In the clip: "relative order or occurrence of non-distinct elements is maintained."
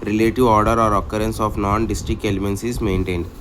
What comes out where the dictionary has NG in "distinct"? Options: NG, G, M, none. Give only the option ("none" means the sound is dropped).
none